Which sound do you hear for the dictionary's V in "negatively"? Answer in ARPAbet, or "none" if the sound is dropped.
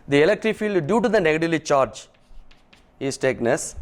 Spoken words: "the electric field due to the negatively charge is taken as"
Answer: none